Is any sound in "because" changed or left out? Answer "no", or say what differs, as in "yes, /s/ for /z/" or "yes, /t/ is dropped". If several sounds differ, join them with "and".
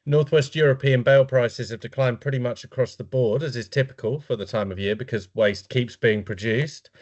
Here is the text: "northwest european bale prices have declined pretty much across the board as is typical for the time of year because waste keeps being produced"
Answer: no